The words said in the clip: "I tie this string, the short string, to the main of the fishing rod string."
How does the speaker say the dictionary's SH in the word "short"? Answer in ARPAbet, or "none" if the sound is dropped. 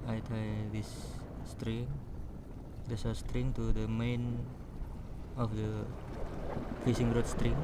S